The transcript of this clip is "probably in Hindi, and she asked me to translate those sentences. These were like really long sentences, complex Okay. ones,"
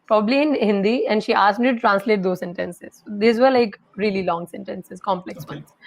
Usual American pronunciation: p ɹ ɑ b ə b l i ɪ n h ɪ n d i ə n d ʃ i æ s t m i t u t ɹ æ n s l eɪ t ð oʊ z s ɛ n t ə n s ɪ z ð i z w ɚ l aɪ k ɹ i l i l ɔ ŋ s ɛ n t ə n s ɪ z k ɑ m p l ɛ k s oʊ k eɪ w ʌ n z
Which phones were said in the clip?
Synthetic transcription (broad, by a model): p ɹ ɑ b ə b l i ɪ n h ɪ n d i ə n d ʃ i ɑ s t m i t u t ɹ æ n s l eɪ t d oʊ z s ɛ n t ə n s ɪ z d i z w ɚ l aɪ k ɹ i l i l ɔ ŋ s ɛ n t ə n s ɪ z k ɑ m p l ɛ k s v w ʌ n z